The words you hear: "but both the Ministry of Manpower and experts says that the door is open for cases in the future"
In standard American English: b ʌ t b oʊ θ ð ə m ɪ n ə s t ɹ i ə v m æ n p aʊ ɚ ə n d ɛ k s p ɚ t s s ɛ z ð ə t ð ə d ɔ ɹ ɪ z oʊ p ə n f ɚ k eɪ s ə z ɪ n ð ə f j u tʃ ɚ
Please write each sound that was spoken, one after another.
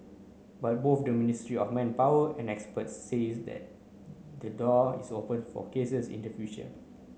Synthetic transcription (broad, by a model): b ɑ t b oʊ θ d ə m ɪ n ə s t ɹ i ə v m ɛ n p aʊ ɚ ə n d ɛ k s p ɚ t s s ɛ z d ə t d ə d ɔ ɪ s oʊ p ə n f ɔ k eɪ s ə s ɪ n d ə f j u ʃ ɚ